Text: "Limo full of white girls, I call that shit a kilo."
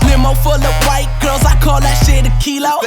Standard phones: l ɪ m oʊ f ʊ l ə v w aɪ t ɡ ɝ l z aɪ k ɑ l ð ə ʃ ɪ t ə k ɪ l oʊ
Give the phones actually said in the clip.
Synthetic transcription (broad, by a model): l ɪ m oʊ f ʊ l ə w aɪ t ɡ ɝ z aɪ k ɑ l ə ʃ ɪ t ə k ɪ l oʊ